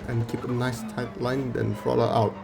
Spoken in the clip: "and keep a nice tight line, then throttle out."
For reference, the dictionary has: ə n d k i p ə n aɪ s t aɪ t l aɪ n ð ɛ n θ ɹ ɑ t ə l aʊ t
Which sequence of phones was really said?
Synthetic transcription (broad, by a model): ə n k i p ə n aɪ s t aɪ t l aɪ n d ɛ n f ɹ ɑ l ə aʊ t